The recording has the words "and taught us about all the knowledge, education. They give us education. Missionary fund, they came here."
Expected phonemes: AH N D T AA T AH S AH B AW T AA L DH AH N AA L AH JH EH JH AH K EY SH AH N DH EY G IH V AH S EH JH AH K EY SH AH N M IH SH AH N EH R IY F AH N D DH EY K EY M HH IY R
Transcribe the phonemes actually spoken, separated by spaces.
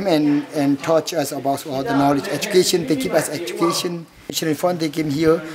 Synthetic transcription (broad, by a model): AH N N T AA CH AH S AH B AW T AA L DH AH N AA L AH JH EH JH AH K EY SH AH N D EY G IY P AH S EH JH AH K EY SH AH N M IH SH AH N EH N F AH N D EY K EY M HH IY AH